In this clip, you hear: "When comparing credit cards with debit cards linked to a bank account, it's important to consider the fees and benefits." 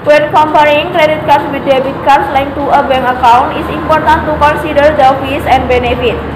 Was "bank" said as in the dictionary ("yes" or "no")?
no